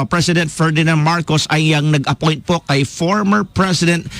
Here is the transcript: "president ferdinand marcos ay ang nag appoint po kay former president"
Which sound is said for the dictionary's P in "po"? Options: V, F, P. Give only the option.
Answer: P